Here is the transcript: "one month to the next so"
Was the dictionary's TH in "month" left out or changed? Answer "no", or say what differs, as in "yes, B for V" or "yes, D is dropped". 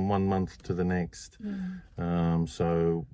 no